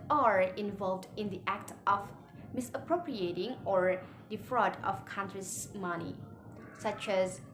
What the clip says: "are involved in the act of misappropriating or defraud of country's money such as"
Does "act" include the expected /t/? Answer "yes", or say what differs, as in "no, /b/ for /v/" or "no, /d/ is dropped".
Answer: yes